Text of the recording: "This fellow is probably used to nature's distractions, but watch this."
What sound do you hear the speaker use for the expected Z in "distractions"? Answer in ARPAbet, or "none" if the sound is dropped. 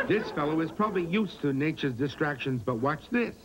Z